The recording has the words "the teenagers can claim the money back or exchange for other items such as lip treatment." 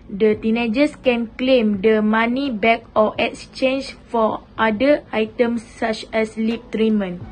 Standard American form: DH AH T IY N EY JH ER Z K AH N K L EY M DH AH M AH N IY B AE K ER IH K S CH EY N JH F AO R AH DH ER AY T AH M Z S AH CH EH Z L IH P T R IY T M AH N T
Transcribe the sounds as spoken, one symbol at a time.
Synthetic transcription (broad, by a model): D AH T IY N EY JH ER S K AH N K L EY M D AH M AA N IY B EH K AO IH K S CH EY N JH F AO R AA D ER AY T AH M S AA CH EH S L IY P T R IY M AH N